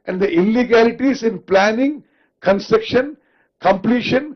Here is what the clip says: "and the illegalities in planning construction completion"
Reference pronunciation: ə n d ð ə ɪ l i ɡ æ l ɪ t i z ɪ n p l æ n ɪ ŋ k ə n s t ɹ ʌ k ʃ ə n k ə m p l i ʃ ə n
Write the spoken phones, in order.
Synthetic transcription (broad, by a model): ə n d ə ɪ l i ɡ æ l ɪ t i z ɪ n p l æ n ɪ ŋ k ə n s t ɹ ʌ k ʃ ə n k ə m p l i ʃ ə n